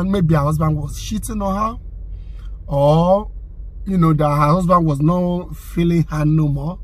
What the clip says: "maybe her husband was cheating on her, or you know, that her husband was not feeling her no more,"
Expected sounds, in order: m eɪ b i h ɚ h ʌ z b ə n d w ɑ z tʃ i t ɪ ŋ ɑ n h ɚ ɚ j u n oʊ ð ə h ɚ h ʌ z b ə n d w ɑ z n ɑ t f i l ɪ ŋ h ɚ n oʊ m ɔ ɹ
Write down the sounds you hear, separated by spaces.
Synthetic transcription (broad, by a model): m eɪ b i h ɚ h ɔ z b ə n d w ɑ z ʃ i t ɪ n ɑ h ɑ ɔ j u n oʊ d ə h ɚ h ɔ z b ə n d w ɑ z n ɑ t f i l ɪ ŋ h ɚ n oʊ m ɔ